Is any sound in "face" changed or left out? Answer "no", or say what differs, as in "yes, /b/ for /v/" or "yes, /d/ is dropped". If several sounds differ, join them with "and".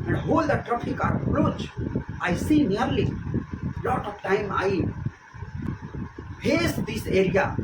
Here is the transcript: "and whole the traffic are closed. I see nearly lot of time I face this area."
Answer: yes, /p/ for /f/